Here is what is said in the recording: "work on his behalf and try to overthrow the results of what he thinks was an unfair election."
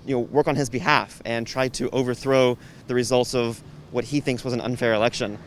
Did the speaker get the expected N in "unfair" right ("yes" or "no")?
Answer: yes